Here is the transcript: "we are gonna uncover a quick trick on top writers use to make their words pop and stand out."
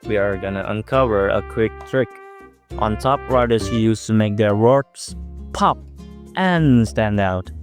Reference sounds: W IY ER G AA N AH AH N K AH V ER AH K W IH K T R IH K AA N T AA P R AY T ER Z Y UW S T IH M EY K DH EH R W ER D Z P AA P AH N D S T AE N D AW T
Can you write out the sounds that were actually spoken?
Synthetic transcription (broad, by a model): W IY ER G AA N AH AH N K AH V ER AH K W IH K T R IH K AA N T AA P R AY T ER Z Y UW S T IH M EY K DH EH R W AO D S P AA P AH N S T AE N D AW T